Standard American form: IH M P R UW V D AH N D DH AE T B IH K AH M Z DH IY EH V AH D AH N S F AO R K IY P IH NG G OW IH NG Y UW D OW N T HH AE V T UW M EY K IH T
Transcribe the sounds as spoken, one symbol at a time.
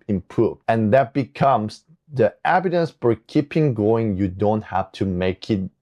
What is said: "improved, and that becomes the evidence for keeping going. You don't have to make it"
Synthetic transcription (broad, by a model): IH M P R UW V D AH N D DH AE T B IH K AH M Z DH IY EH B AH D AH N S F AO R K IY P IH NG G OW IH NG Y UW D OW N T HH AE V T UW M EY K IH T